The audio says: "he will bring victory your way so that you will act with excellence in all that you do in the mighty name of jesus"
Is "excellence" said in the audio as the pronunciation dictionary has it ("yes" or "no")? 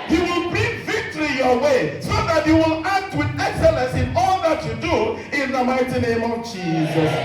yes